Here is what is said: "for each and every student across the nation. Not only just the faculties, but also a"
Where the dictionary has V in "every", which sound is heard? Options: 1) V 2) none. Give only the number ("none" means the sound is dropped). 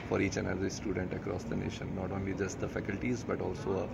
2